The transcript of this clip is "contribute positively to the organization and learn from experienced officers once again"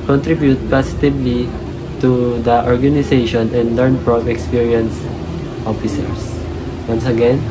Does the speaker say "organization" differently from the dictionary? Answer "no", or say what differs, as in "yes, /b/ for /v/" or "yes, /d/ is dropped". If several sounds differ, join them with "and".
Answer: yes, /s/ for /z/